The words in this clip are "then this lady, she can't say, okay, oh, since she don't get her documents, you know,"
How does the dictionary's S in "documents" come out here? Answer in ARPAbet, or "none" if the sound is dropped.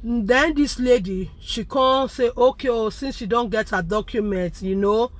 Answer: none